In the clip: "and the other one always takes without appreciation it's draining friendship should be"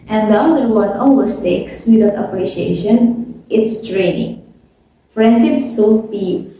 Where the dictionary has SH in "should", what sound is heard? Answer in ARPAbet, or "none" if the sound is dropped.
S